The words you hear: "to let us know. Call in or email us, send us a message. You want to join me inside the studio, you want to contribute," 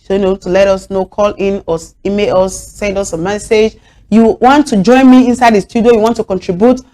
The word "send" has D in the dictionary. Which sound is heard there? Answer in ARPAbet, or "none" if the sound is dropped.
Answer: D